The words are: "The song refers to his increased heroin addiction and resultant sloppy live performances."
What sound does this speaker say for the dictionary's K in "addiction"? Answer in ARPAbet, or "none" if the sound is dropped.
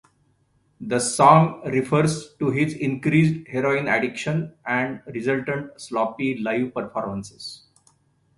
K